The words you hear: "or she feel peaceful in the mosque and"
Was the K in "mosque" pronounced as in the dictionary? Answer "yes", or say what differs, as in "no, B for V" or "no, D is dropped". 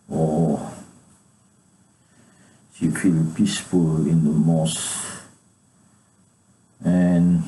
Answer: no, K is dropped